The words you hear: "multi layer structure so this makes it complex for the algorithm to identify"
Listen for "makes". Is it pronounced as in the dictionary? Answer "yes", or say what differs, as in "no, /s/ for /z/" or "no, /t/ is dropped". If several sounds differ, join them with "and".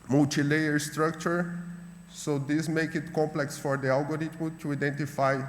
no, /s/ is dropped